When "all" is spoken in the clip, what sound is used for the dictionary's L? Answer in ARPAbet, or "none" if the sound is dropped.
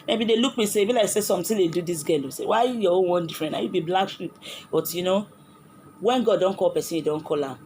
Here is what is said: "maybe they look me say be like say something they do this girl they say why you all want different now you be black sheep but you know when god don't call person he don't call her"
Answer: N